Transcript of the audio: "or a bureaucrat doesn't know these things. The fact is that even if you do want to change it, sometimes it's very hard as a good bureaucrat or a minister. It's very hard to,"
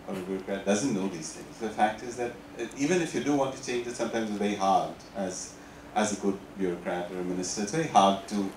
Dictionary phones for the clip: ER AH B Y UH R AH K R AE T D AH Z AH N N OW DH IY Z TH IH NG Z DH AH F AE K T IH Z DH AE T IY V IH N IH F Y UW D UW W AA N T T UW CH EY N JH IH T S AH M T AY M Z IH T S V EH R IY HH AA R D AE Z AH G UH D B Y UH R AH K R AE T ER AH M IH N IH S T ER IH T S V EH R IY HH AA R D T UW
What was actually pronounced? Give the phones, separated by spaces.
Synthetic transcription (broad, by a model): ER AH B Y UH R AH K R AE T D AH Z AH N N OW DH IY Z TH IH NG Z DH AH F AE K T IH Z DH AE T IY V IH N IH F Y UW D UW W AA N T T UW CH EY N JH IH T S AH M T AY M Z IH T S V EH R IY HH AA R D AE Z AH G UH D B Y UH R AH K R AE T ER AH M IH N IH S T ER IH T S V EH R IY HH AA R D T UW